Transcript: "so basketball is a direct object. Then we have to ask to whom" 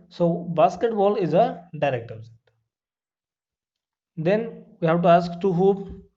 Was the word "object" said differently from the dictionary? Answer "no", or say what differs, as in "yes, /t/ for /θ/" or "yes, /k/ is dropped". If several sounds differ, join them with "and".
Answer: yes, /k/ is dropped